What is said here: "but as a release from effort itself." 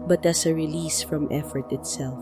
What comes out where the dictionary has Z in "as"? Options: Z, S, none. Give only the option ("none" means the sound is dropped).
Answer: S